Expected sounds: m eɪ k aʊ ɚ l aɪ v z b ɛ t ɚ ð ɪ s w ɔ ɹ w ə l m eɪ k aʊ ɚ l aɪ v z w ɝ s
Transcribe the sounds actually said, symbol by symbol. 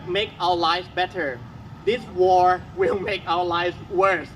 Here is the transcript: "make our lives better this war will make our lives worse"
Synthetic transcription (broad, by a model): m eɪ k aʊ ɚ l aɪ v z b ɛ t ɚ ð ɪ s w ɔ ɹ w ə l m eɪ k aʊ ɚ l aɪ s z w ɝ s